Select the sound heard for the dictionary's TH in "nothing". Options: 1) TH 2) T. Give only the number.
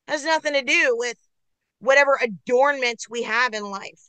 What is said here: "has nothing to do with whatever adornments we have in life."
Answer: 1